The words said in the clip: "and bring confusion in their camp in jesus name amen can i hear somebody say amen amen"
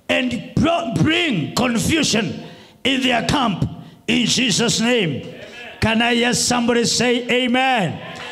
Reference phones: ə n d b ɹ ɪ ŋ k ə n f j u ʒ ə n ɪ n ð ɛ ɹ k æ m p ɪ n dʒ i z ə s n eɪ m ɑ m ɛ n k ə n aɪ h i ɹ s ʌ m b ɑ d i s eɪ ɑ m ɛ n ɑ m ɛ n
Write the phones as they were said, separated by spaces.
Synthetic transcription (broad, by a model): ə n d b ɹ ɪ ŋ k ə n f j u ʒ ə n ɪ n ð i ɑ k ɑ m p ɪ n dʒ i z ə s n eɪ ɑ m k ə n aɪ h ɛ s ʌ m b ɑ d i s eɪ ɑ ɛ ɑ m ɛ n